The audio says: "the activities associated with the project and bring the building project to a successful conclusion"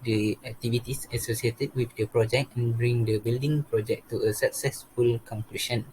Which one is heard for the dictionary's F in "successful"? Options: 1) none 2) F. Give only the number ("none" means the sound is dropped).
2